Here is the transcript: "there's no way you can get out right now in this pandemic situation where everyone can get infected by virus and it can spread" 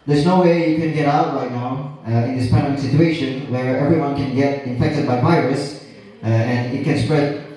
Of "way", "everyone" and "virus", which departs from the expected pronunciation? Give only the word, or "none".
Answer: none